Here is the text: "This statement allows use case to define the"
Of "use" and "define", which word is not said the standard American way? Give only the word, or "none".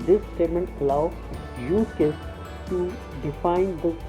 use